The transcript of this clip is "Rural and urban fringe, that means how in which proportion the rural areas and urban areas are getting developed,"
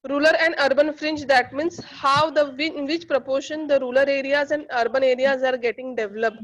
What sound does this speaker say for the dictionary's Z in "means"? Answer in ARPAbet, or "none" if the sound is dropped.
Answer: S